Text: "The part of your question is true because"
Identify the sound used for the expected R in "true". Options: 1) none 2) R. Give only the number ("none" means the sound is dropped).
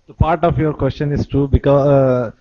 1